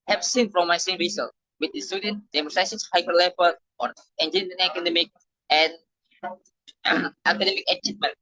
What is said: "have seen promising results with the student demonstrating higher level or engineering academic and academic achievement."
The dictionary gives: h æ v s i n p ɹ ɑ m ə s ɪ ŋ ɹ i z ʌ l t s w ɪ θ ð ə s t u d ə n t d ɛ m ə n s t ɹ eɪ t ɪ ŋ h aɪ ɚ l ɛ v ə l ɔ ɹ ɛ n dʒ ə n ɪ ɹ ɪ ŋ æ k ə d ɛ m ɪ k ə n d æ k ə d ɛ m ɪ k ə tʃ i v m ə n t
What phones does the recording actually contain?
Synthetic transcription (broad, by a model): h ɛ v s i n f ɹ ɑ m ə s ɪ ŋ ɹ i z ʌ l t w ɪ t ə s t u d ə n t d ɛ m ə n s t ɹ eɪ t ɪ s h aɪ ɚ l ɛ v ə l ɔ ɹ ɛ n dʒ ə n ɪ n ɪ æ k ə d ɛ m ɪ k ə n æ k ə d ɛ m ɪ k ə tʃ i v m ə n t